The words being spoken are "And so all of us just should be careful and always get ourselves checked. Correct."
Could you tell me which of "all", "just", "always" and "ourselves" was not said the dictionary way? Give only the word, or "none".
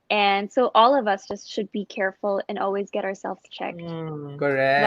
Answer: none